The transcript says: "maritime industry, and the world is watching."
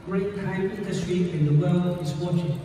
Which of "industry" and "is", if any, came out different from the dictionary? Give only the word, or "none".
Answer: is